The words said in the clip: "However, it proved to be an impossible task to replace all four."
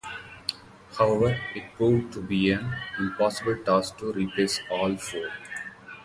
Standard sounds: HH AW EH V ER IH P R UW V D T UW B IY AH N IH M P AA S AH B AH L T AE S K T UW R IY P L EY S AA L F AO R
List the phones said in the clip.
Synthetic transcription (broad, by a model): HH AW EH V ER IH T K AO D T UW B IY AH N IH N P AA S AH B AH L T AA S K T UW R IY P EY S AA L F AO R